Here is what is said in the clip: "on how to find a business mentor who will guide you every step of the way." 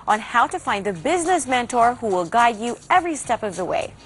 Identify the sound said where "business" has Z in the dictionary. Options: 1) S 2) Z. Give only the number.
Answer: 2